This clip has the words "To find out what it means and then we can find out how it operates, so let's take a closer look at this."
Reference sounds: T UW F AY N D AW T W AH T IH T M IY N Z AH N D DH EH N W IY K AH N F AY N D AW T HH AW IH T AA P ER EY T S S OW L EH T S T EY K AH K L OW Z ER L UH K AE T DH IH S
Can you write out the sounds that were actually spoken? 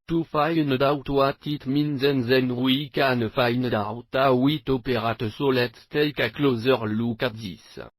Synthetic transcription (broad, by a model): T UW F AY N D AW T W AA T IH T M IY N Z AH N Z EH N W IY K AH N F AY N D AW T AW IH T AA P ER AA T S S OW L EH T T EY K AH K L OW Z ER L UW K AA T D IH S